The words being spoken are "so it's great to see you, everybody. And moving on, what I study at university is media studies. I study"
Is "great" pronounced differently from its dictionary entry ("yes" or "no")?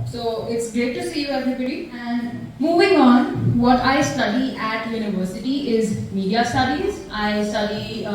yes